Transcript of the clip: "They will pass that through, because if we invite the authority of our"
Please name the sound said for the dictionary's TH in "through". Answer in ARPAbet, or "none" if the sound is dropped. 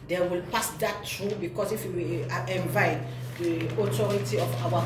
T